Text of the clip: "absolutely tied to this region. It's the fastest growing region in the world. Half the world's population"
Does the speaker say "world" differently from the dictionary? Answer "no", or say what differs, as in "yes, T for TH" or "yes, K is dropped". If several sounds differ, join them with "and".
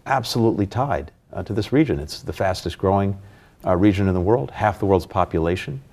no